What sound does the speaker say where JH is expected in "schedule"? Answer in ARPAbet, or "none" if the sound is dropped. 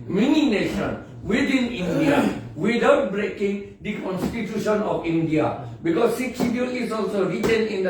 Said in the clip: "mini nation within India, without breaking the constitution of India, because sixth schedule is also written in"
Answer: none